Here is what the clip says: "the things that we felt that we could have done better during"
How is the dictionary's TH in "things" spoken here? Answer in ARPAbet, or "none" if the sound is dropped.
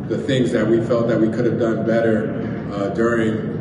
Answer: TH